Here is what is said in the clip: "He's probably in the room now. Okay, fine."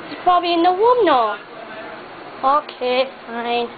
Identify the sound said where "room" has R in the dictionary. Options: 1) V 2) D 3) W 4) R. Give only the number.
3